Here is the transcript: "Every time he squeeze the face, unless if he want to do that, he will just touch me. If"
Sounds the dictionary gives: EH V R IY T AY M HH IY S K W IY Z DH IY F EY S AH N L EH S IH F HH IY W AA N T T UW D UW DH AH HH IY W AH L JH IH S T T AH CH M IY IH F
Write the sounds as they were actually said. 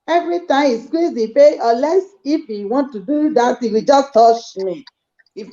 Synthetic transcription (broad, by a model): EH V R IY T AY M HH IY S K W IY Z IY P EY AH L EH S IH F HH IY W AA N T T UW D UW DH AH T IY W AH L JH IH S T T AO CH M IY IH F